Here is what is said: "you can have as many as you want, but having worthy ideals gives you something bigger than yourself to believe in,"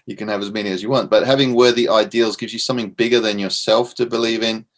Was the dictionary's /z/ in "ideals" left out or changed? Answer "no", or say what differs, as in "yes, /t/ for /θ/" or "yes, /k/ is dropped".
no